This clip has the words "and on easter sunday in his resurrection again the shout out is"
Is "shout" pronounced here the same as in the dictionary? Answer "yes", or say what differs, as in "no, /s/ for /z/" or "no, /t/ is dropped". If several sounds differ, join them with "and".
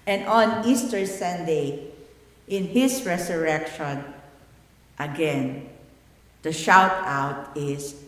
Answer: yes